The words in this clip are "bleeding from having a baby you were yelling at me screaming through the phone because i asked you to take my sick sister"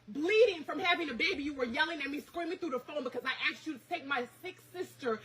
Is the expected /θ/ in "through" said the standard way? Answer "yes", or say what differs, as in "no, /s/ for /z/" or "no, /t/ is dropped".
yes